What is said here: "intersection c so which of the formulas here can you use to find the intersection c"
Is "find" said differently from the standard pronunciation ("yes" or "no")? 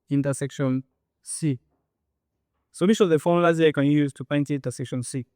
yes